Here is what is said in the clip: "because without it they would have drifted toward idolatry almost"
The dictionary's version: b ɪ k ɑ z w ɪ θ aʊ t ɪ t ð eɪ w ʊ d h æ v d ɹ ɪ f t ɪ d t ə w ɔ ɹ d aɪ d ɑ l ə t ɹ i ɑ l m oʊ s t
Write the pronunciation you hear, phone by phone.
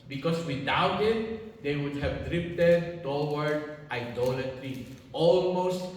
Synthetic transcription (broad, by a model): b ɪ k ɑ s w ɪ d aʊ t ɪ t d eɪ w ʊ d h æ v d ɹ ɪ p t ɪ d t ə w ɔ ɹ d aɪ d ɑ l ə t ɹ i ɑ l m oʊ s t